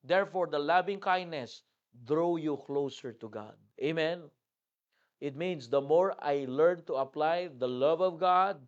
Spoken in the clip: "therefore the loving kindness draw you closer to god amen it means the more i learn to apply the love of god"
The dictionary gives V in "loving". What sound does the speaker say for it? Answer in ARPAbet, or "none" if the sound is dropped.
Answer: B